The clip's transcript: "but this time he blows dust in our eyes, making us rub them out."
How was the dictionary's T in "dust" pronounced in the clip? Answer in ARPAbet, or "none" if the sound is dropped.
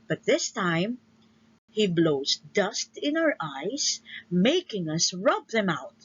T